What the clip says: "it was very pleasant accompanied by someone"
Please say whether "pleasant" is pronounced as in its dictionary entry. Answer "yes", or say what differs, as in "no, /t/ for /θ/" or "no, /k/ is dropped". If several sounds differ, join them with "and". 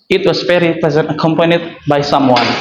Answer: no, /l/ is dropped